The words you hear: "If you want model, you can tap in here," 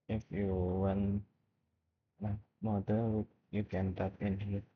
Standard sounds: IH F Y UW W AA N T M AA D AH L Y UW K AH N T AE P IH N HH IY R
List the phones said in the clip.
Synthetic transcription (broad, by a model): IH F Y UW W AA N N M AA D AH W Y UW K AH N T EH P IH N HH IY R